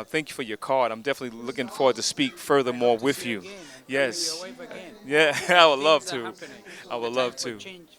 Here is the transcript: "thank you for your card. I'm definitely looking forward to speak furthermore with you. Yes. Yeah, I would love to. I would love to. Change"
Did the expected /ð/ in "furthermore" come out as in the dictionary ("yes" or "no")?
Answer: yes